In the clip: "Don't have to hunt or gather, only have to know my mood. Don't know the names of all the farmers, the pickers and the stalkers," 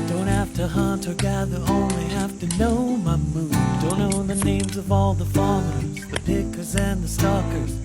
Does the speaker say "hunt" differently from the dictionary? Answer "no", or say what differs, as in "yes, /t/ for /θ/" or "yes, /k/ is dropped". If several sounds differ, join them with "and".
no